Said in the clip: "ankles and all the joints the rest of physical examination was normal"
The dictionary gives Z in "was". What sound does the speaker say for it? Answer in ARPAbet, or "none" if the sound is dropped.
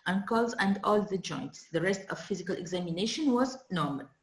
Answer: Z